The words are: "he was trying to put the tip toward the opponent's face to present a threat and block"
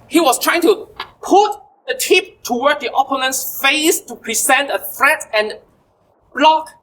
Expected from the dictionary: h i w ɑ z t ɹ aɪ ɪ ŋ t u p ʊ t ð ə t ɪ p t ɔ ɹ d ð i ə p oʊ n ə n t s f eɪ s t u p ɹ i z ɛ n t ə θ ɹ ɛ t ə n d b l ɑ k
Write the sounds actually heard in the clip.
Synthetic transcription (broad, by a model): h i w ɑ s t ɹ aɪ ɪ ŋ t u p ʊ t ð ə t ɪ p t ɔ w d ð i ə p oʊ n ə n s f eɪ s t u p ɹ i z ɛ n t ə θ ɹ ɛ t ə n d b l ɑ k